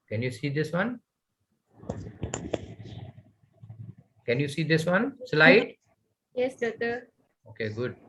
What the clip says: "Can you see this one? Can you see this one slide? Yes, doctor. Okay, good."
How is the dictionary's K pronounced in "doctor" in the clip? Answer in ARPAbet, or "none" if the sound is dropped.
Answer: none